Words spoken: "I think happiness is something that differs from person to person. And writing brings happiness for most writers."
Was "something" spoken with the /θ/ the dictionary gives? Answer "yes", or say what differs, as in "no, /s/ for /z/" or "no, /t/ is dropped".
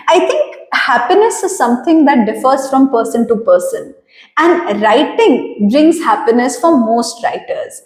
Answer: no, /t/ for /θ/